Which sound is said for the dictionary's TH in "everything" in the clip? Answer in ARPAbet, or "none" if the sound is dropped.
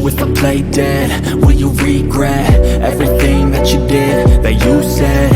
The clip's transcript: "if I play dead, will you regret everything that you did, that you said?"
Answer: TH